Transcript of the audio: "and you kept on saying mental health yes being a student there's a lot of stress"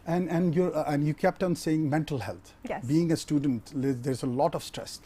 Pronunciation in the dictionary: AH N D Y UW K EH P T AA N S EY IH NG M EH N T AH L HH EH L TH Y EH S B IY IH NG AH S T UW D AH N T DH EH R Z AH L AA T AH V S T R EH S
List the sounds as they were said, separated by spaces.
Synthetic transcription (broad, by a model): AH N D Y UW K EH P T AA N S EY IH NG M EH N T AH L HH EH L T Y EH B IY IH NG AH S T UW D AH N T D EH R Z AH L AA T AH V S T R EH S